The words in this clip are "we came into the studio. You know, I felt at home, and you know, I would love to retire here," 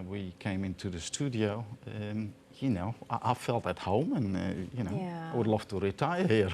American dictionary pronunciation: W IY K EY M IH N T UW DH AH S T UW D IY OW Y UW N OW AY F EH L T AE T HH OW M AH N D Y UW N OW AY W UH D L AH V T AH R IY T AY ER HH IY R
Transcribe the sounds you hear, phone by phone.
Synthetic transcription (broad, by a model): W IY K EY M IH N T UW DH AH S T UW D IY OW Y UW N OW AY F EH L T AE T HH OW M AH N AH Y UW N OW AY W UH D L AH F T AH R IY T AY ER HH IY R